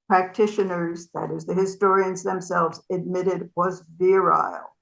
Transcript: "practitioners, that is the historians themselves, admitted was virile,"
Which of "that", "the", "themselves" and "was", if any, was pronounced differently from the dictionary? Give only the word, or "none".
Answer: none